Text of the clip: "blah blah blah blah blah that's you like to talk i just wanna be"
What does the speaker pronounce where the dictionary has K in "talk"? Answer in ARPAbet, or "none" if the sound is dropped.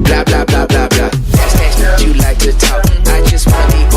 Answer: none